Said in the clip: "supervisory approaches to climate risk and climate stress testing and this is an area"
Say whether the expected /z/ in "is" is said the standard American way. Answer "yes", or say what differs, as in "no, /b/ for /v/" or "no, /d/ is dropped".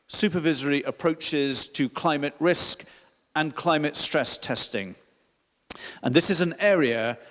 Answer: yes